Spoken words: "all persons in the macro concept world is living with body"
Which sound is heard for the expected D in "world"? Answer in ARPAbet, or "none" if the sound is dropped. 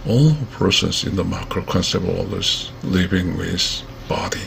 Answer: none